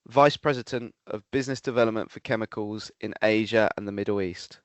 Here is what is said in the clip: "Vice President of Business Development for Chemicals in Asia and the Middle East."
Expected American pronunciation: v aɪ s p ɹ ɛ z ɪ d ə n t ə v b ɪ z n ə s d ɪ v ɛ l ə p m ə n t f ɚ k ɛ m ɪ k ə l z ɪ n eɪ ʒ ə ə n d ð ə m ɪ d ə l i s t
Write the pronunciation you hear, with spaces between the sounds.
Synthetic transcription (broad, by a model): v aɪ s p ɹ ɛ z ɪ d ə n t ə v b ɪ z n ə s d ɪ v ɛ l ə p m ə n t f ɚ k ɛ m ɪ k ə l z ɪ n eɪ ʒ ə ə n ð ə m ɪ d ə l i s t